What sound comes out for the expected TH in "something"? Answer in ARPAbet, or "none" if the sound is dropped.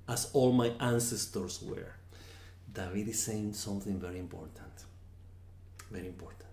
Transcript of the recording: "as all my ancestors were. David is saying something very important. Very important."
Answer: TH